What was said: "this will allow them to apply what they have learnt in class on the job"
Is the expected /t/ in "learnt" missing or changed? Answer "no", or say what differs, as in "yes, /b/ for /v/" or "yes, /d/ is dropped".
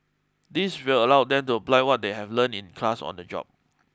yes, /t/ is dropped